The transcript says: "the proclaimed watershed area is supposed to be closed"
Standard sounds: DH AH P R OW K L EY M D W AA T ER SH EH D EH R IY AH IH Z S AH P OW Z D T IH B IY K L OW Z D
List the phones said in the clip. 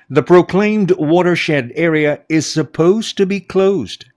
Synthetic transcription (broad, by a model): DH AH P R OW K L EY M D W AA T ER SH EH D EH R IY AH IH Z S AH P OW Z T IH B IY K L OW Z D